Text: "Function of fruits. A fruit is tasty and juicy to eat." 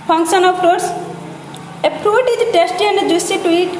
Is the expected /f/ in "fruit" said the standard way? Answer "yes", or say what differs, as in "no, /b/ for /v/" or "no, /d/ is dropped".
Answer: no, /p/ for /f/